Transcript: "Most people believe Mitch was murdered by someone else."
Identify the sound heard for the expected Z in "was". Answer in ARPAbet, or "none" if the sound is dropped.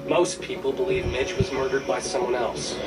Z